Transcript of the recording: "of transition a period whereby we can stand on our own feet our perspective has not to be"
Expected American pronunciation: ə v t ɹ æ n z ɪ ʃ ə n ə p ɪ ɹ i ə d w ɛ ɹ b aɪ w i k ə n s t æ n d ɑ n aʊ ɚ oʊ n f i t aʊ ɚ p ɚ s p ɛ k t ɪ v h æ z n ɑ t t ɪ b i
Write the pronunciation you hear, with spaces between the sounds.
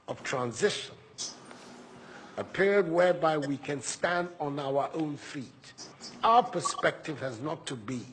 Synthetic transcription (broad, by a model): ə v t ɹ æ n z ɪ ʃ ə n ə p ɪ ɹ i d w ɛ ɹ b aɪ w i k ə n s t æ n d n aʊ ɚ oʊ n f i t aʊ ɚ p ɚ s p ɛ k t ɪ v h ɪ z n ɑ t t ɪ b i